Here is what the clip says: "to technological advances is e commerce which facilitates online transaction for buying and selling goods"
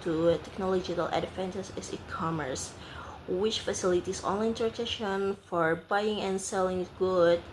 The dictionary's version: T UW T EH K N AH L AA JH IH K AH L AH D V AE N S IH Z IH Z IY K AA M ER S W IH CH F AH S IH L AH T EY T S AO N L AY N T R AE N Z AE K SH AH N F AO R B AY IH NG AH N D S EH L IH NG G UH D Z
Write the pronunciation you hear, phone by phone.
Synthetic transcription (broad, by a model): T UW T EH K N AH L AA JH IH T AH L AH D F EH N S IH S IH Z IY K AA M ER S W IH CH F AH S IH L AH T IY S AO N L AY N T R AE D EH SH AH N F AO R B AY IH NG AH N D S EH L IH NG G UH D